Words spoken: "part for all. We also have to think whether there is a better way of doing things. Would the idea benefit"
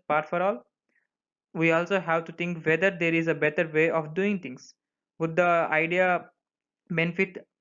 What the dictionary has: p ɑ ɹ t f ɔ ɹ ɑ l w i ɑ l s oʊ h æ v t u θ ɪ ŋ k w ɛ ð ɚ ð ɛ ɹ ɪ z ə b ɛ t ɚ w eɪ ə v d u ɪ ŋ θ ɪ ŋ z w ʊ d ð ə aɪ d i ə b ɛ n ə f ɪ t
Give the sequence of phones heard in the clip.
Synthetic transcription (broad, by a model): p ɑ ɹ t f ɔ ɹ ɑ l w i ɑ l s oʊ h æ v t u t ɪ ŋ k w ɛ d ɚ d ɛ ɹ ɪ z ə b ɛ t ɚ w eɪ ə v d u ɪ ŋ t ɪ ŋ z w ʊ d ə aɪ d i ə b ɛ n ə f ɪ t